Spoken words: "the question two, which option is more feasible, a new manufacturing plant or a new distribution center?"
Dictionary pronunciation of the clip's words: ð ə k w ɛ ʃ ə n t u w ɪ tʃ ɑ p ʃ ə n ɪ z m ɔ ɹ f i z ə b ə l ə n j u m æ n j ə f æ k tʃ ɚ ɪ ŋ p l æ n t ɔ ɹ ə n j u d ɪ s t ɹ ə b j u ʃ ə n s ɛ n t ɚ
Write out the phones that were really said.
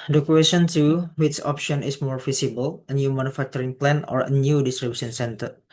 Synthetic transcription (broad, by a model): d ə k w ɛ s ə n t u w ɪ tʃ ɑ p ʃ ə n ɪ s m ɔ ɹ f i s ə b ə l ə n j u m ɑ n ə f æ k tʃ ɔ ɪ ŋ p l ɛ n ɔ ɹ ə n j u d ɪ s t ɹ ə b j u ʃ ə n s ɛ n t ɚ